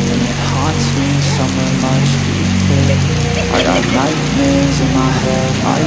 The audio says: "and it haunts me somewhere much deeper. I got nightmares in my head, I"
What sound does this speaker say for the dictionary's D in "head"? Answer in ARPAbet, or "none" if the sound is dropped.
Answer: none